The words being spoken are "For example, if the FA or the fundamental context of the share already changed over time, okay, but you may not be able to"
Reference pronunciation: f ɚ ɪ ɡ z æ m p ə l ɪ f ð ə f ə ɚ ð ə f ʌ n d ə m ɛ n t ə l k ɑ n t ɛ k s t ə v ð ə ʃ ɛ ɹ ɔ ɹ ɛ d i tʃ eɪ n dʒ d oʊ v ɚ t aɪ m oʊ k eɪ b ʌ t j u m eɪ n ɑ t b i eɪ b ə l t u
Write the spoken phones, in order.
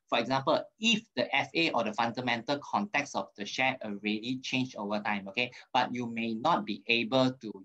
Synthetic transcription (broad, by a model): f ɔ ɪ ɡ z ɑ m p ə l ɪ f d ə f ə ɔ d ə f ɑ n d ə m ɛ n t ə l k ɑ n t ɛ k s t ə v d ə ʃ ɛ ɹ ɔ ɹ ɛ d i tʃ eɪ n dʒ oʊ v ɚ t aɪ m oʊ k eɪ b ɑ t j u m eɪ n ɑ t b i eɪ b ə l t u